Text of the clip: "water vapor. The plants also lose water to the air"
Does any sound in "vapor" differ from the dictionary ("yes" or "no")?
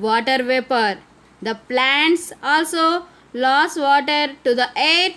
no